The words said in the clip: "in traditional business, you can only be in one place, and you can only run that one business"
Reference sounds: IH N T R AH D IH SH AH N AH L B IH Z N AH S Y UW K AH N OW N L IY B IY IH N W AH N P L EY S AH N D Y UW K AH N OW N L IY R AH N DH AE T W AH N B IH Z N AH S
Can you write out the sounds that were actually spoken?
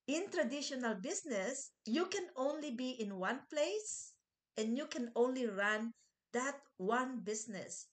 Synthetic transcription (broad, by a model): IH N T R AH D IH SH AH N AH L B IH S N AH S Y UW K AH N OW N L IY B IY IH N W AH N P L EY S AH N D Y UW K AH N OW N L IY R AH N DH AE T W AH N B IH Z N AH S